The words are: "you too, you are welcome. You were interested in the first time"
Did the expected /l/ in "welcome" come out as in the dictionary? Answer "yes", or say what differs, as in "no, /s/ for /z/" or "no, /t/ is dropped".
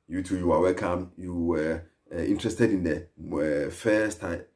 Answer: yes